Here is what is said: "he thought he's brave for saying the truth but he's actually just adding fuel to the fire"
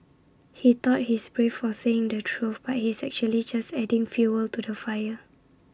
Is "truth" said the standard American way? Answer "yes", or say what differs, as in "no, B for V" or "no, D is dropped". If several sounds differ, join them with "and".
no, F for TH